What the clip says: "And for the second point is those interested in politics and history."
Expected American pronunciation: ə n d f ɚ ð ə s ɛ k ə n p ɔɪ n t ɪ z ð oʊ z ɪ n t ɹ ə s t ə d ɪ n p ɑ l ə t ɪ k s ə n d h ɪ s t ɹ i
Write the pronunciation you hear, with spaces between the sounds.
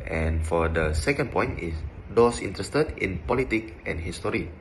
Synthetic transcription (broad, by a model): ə n f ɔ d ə s ɛ k ə n p ɔɪ n t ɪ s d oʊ s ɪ n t ɹ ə s t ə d ɪ n p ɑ l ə t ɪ k ə n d h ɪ s t ɹ i